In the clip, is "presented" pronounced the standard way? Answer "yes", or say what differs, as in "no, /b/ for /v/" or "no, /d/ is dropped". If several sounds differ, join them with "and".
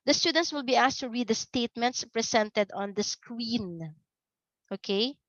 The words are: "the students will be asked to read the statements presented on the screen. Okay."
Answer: no, /s/ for /z/